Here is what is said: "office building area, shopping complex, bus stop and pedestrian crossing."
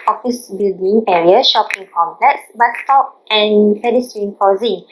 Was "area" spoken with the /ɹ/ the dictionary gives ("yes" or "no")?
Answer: yes